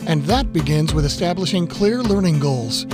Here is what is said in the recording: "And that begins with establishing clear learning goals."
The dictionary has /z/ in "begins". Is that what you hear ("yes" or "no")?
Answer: yes